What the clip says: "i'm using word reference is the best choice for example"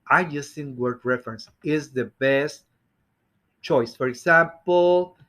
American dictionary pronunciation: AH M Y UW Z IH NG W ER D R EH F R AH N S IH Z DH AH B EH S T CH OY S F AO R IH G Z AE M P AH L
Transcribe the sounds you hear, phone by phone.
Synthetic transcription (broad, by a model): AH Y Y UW S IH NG W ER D R EH F R AH N S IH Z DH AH B EH S T CH OY S F AO R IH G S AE M P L